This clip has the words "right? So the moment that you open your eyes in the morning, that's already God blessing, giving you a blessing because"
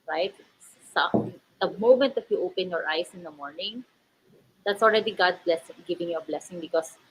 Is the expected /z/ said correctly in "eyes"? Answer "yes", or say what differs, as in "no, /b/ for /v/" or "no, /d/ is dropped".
no, /s/ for /z/